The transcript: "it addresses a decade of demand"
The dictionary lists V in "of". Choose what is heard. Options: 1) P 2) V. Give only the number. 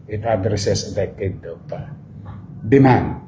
1